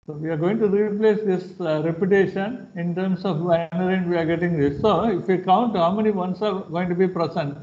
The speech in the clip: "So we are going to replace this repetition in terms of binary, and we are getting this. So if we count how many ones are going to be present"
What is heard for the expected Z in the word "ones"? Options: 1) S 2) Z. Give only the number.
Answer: 1